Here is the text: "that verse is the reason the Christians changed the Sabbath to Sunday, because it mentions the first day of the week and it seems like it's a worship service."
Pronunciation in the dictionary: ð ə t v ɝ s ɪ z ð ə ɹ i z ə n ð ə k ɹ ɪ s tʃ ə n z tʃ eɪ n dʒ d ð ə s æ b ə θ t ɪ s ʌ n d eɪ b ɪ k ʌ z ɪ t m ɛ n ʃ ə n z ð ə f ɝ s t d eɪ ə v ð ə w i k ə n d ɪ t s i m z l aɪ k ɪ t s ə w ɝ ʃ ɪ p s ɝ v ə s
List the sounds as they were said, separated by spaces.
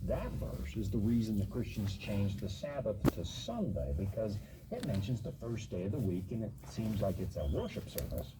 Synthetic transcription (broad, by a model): ð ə t v ɝ s ɪ z ð ə ɹ i z ə n ð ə k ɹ ɪ s tʃ n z tʃ eɪ n dʒ ð ə s æ b ə θ t ɪ s ʌ n d eɪ b ɪ k ʌ z ɪ t m ɛ n ʃ ə n z ð ə f ɝ s d eɪ ə v ð ə w i k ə n ɪ t s i m z l aɪ k ɪ t s ə w ɝ ʃ ɪ p s ɝ v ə s